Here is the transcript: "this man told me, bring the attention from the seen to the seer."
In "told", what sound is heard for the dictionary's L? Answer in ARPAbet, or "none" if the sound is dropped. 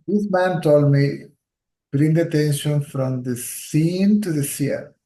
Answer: L